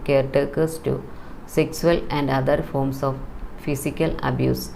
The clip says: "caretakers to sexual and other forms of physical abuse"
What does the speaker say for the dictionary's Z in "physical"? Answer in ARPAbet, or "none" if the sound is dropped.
S